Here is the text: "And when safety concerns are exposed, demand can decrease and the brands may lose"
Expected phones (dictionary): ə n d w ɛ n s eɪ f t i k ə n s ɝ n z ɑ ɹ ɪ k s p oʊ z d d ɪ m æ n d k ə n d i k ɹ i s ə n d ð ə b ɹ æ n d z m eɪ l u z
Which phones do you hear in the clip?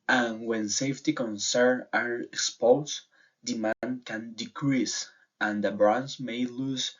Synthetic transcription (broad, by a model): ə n w ɛ n s eɪ f t i k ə n s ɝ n ɑ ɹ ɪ k s p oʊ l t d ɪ m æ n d k ə n d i k ɹ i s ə n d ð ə b ɹ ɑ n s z m eɪ l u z